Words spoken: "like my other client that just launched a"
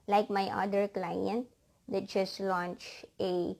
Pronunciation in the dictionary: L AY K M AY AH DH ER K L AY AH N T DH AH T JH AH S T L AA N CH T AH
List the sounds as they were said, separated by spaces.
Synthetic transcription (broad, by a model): L AY K M AY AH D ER K L AY AH N T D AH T JH AH S T L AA N CH AH